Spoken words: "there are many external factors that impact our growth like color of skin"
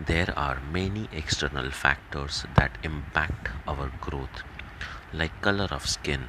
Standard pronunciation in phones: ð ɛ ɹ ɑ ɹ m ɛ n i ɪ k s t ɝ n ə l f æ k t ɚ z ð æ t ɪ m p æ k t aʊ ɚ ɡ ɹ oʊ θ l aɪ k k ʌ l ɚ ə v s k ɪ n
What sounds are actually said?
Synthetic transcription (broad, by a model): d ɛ ɹ ɑ ɹ m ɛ n i ɪ k s t ɝ n ə l f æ k t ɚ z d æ t ɪ m p æ k t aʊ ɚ ɡ ɹ oʊ t l aɪ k k ʌ l ɚ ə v s k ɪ n